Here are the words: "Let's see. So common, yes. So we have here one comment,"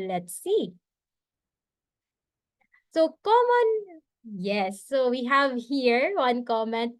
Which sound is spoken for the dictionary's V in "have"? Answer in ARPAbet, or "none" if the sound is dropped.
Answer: V